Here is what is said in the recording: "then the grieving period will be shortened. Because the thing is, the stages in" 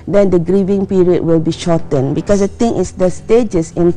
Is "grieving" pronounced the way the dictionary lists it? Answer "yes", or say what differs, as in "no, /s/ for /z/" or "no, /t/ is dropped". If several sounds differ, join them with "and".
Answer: yes